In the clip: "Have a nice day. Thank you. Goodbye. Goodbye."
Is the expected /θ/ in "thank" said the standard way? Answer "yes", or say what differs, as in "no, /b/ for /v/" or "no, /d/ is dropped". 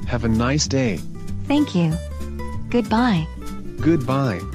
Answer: yes